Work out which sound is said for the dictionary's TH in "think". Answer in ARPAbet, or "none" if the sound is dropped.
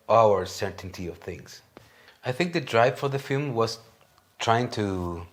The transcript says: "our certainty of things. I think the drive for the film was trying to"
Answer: TH